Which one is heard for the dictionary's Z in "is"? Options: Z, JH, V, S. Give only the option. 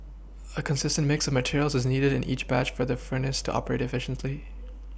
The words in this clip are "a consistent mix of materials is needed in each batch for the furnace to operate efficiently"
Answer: Z